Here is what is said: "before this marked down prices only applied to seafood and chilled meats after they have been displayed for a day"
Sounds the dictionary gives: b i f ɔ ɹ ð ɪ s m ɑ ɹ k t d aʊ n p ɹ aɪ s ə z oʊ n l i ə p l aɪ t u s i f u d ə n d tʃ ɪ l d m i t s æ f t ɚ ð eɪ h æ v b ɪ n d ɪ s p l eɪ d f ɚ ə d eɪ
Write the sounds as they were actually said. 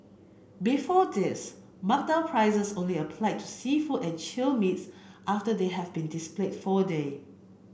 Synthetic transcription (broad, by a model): b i f ɔ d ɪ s m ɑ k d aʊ l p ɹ aɪ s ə s oʊ n l i ə p l aɪ t u s i f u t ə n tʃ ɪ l m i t s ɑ f t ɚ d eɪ h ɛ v b ɪ n d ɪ s p l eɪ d f ə d eɪ